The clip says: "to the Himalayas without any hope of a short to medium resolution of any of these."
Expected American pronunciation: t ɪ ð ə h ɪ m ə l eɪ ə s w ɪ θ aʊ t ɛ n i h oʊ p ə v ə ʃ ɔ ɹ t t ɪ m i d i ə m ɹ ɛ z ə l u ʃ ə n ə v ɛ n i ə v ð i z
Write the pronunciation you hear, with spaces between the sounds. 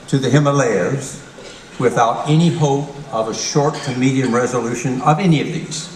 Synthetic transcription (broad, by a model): t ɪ ð ə h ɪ m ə l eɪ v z w ɪ θ aʊ t ɛ n i h oʊ p ə v ə ʃ ɔ ɹ t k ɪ m i d i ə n ɹ ɛ z ə l u ʃ ə n ə v ɛ n i ə v ð i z